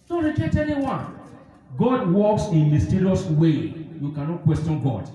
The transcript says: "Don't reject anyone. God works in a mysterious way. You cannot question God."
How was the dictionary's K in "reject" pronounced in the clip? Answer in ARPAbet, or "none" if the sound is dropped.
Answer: none